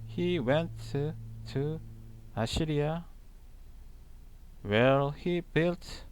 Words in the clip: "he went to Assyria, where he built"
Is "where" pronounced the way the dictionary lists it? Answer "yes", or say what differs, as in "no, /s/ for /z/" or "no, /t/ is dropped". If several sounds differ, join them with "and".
no, /l/ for /ɹ/